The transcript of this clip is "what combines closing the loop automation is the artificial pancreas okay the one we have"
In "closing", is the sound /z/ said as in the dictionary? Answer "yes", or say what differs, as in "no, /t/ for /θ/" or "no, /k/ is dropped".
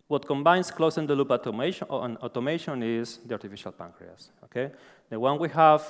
no, /s/ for /z/